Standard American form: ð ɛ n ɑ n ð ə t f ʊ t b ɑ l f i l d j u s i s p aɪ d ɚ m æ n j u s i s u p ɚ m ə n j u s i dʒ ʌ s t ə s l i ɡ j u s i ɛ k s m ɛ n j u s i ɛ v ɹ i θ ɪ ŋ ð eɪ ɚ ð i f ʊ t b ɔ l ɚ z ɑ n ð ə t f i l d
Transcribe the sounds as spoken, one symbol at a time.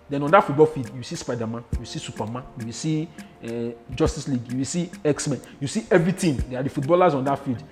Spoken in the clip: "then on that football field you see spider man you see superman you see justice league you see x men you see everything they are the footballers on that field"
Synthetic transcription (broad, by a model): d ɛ n ɑ n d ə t f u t b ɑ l f i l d j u s i s p aɪ d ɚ m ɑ n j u s i s u p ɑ m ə n j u s i dʒ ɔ s t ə s l i ɡ j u s i ɛ k s m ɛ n j u s i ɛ v ɹ i t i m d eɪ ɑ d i f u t b ɔ l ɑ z ɑ n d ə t f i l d